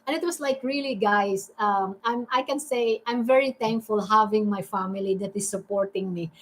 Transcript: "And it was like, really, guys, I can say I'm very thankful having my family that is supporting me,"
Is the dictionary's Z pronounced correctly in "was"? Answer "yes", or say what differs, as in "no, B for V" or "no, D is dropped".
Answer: no, S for Z